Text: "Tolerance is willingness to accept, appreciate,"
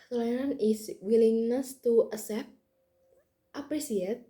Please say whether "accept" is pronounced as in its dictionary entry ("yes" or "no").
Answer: no